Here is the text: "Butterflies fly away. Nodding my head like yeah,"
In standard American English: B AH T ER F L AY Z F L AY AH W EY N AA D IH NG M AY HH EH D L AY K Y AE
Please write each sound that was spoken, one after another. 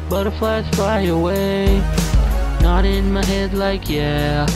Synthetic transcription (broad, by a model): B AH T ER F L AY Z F AY AH W EY N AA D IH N M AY HH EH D L AY K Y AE